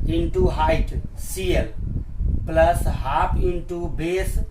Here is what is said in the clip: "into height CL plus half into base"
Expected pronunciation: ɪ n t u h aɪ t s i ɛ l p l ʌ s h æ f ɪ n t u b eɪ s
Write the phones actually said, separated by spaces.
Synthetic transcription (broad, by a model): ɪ n t u h aɪ t s i ɛ l p l ʌ s h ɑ p ɪ n t u b eɪ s